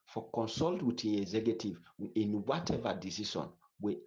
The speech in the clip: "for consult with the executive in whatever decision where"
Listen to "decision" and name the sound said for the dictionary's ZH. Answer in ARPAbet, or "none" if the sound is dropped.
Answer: SH